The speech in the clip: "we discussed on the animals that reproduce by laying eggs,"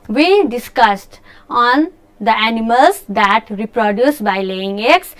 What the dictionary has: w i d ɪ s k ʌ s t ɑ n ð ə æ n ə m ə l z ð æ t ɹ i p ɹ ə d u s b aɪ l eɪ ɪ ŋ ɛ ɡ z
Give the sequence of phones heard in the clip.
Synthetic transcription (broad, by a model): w i d ɪ s k ʌ s t ɑ n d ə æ n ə m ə l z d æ t ɹ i p ɹ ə d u s b aɪ l eɪ ɪ ŋ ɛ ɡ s